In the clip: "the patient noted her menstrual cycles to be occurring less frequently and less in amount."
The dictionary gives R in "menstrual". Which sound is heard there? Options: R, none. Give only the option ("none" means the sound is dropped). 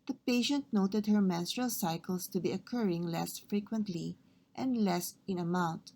R